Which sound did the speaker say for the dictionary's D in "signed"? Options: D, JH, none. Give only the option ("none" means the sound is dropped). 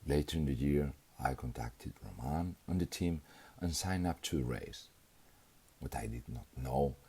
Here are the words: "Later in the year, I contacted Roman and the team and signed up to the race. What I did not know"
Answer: none